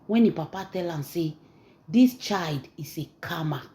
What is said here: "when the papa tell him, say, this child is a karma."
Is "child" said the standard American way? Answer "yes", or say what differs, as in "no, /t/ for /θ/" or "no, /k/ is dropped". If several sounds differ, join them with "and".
yes